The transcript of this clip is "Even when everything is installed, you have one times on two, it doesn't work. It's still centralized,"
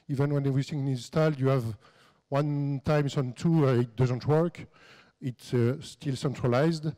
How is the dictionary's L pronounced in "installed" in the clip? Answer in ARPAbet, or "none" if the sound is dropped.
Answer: L